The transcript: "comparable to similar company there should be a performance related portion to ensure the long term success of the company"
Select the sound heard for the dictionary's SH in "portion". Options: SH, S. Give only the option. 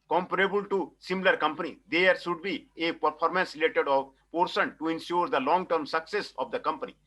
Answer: S